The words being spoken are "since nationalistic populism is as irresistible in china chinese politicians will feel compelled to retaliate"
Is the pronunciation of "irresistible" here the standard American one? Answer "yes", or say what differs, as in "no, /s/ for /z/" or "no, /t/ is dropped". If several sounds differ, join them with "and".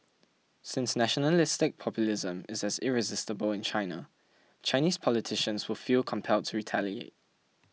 yes